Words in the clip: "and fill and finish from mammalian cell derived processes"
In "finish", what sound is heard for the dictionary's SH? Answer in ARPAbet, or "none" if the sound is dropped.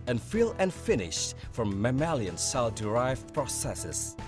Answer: SH